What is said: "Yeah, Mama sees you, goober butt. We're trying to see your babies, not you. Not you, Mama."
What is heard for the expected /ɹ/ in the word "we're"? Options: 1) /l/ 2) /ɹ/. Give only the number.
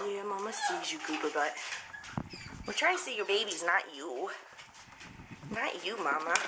1